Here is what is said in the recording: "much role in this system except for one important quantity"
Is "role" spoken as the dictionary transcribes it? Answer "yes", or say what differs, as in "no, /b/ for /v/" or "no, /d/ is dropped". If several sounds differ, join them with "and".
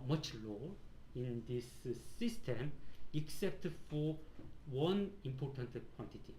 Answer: no, /l/ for /ɹ/